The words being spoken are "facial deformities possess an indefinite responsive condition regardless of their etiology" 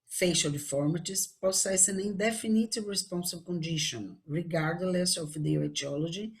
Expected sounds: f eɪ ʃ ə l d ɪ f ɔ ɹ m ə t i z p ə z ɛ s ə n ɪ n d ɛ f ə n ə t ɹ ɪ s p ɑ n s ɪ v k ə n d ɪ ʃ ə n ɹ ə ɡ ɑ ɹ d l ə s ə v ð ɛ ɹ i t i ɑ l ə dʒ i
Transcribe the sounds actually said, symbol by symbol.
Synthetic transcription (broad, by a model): f eɪ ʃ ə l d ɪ f ɔ ɹ m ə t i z p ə s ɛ s ə n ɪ n d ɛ f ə n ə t ɹ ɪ s p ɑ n s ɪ b k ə n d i ʃ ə n ɹ ə ɡ ɑ ɹ d l ə s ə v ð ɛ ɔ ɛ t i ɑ l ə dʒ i